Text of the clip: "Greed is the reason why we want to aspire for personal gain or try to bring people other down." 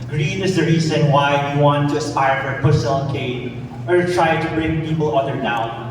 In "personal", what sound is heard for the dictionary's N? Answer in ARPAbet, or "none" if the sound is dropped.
L